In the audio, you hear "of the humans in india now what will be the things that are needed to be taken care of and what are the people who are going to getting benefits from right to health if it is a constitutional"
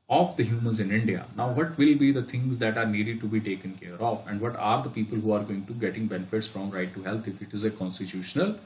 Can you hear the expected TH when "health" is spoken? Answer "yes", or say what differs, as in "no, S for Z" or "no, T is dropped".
no, T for TH